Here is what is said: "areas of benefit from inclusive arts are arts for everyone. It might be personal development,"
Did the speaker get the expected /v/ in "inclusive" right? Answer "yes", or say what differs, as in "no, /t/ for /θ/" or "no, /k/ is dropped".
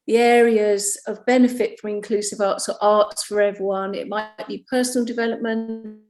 yes